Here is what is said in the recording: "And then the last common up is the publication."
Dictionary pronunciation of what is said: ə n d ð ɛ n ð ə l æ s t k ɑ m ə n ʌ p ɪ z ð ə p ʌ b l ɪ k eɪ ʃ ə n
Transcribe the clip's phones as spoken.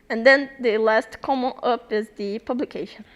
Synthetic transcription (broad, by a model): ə n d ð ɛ n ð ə l æ s t k ɑ m ə n ʌ p ɪ z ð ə p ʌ b l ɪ k eɪ ʃ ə n